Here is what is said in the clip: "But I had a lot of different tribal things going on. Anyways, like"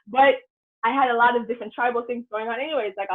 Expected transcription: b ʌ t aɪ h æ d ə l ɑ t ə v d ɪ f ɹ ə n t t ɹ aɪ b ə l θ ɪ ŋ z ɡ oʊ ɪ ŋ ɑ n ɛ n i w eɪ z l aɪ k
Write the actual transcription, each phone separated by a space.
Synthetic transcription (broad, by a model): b ʌ t aɪ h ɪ d ə l ɑ t ə v d ɪ f ɹ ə n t t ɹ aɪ b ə l θ ɪ ŋ z ɡ oʊ ɪ ŋ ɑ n ɛ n i w eɪ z l aɪ k